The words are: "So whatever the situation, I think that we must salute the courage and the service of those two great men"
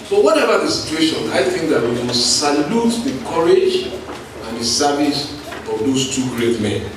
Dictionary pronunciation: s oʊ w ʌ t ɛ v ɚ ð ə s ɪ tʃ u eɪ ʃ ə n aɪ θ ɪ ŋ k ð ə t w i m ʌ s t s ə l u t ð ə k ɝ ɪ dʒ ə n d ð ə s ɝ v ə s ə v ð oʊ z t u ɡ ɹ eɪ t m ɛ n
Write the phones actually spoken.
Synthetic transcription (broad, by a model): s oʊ w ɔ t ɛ v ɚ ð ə s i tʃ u eɪ ʃ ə n aɪ θ ɪ ŋ k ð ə t w i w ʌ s s ə l u t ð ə k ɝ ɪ dʒ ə n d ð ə s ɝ v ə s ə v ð oʊ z t u ɡ ɹ eɪ t m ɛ n